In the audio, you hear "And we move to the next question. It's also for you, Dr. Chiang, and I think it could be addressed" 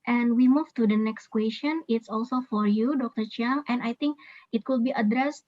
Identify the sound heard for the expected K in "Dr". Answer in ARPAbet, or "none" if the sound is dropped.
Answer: K